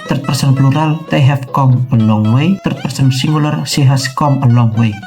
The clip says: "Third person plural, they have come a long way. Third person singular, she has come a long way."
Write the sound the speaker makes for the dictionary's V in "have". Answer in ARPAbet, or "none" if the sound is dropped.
F